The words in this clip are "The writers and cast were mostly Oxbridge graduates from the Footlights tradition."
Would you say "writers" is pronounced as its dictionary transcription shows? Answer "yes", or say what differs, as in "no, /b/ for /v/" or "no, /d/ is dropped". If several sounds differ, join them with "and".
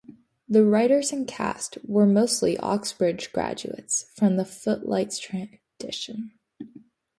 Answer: yes